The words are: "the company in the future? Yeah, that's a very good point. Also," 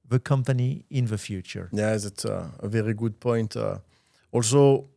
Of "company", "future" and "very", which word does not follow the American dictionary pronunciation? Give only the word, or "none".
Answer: none